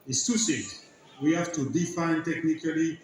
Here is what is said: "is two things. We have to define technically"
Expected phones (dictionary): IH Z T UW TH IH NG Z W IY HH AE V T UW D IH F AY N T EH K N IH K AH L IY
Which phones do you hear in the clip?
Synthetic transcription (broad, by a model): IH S T UW S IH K W IY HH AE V T UW D IH F AY N T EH K N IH K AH L IY